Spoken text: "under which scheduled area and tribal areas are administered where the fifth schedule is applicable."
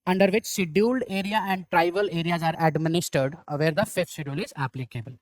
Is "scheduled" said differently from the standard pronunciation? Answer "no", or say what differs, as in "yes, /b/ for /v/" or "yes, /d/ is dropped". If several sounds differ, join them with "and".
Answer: yes, /k/ is dropped